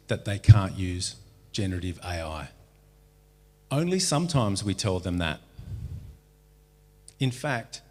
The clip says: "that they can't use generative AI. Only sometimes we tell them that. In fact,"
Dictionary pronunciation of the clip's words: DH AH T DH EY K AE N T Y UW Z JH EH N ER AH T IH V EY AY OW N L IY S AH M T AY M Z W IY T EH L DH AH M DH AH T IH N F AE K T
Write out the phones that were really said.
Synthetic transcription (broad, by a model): DH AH T DH EY K AE N T Y UW Z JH EH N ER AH T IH V EY AY OW N L IY S AH M T AY M Z W IY T EH L DH AH M DH AH T IH N F AE K T